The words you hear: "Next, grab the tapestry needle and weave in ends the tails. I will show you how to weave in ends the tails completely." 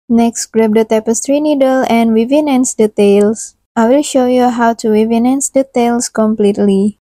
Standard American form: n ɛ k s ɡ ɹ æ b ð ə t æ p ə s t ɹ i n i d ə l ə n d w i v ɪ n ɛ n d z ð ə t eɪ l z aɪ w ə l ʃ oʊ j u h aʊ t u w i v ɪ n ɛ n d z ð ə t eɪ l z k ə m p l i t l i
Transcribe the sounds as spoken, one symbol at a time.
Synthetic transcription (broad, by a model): n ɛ k s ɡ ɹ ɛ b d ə t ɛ p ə s t ɹ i n i d ə l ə n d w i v ɪ n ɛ n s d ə t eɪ l s aɪ w ə l ʃ oʊ j u h aʊ t u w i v ɪ n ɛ n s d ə t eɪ l s k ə m p l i t l i